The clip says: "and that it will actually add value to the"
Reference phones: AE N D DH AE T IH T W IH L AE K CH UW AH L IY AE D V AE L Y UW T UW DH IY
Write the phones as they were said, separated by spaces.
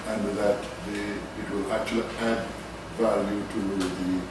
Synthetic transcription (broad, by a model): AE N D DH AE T IH T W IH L AE K CH UW AH L IY AE D B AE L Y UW T UW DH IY